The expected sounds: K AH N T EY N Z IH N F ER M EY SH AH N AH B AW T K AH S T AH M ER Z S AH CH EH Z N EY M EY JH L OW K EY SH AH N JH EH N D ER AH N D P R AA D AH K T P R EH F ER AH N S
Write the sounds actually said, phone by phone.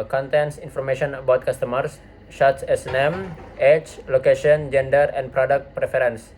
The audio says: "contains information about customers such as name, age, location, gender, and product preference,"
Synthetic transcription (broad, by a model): K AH N T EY N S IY N F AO M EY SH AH N AH B AW T K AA S T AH M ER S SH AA S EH S N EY M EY CH L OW K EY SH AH N JH EH N D ER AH N P R AA D AH K T P R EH F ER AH N S